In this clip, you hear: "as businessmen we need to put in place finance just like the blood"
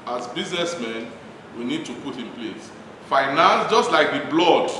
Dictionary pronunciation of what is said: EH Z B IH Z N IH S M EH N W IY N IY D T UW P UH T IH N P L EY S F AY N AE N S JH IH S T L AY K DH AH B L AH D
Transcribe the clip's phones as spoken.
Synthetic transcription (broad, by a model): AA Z B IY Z N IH S M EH N W IY N IY D T UW P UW T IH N P L EY S F AY N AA N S JH IH S T L AY K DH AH B L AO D